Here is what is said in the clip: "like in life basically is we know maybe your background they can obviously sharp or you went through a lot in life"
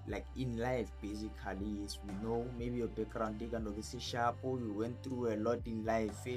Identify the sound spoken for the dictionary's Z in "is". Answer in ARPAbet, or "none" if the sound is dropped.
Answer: S